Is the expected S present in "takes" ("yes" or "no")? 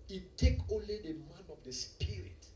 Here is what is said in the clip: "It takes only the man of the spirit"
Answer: no